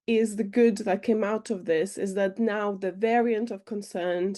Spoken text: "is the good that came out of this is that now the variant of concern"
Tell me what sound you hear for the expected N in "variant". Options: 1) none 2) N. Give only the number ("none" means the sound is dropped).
2